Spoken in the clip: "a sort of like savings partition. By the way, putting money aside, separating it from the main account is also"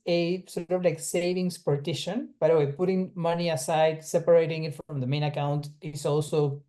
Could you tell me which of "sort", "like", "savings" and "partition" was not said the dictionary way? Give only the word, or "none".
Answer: savings